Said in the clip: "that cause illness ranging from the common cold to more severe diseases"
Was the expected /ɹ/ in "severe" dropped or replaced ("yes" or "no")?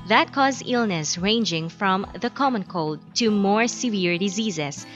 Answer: no